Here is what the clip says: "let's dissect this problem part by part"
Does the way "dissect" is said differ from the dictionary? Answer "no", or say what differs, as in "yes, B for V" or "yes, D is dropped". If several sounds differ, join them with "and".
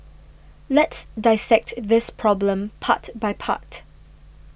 no